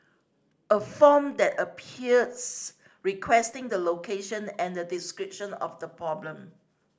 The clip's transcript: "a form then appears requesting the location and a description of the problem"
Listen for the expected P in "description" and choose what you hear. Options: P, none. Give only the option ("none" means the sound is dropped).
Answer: P